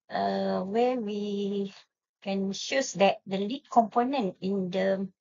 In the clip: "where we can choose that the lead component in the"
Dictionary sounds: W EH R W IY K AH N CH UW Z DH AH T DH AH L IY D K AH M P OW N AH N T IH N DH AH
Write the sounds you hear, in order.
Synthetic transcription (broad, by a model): W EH W IY K AH N SH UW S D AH T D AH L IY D K AH M P OW N AH N T IH N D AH